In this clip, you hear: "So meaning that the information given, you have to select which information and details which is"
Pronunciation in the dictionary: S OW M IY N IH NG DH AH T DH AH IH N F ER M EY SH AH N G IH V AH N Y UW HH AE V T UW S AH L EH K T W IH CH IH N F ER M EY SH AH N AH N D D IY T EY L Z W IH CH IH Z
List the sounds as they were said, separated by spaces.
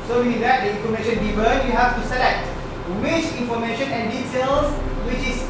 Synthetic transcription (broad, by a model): S OW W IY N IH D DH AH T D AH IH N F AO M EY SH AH N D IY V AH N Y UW HH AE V T UW S AH L EH K T W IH CH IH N F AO M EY SH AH N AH N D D IY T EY L S W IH CH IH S